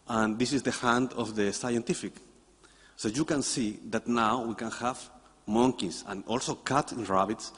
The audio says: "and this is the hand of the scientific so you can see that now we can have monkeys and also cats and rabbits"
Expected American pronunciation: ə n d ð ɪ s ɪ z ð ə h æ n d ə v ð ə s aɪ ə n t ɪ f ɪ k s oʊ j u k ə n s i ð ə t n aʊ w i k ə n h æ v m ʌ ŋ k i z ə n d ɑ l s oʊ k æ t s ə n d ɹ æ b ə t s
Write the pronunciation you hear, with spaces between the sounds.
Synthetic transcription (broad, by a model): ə n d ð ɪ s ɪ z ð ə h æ n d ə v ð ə s aɪ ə n t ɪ f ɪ k s oʊ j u k ə n s i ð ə t n aʊ w i k ə n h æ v m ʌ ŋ k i s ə n ɑ l s oʊ k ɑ t ə n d ɹ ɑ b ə t s